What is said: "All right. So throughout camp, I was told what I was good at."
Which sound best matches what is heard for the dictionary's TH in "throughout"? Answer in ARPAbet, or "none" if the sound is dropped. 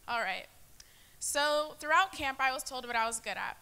TH